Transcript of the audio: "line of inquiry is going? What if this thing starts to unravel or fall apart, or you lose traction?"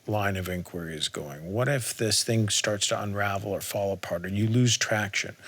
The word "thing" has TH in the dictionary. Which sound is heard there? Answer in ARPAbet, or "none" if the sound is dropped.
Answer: TH